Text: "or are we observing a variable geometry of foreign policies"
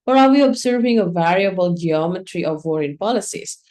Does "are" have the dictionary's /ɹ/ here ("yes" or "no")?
no